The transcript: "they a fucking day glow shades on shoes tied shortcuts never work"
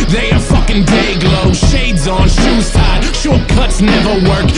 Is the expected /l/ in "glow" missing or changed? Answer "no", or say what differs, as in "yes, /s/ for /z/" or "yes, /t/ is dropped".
no